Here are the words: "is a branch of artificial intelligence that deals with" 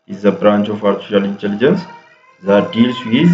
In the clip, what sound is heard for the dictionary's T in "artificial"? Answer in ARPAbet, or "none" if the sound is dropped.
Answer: S